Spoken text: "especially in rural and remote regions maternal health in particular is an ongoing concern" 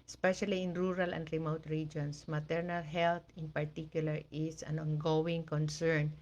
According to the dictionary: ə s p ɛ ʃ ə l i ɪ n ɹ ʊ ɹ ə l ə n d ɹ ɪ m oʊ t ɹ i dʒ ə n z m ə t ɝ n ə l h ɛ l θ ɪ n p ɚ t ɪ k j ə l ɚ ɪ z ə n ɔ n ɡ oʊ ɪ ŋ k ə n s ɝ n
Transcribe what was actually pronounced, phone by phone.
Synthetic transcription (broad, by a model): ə s p ɛ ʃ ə l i ɪ n ɹ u ɹ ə l ə n d ɹ ɪ m oʊ t ɹ i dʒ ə n s m ə t ɝ n ə l h ɛ l t ɪ n p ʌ t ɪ k j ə l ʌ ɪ s ə n ɔ n ɡ oʊ ɪ ŋ k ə n s ɝ n